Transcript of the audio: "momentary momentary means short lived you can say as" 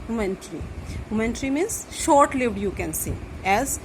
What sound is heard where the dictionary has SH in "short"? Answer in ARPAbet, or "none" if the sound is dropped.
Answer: SH